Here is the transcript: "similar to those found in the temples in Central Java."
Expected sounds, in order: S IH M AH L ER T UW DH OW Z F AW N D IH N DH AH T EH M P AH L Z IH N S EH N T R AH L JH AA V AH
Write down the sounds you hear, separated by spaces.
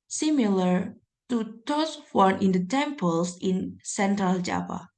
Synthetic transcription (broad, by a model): S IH M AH L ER T UW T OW S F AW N IH N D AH T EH M P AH L S IH N S EH N T R AH L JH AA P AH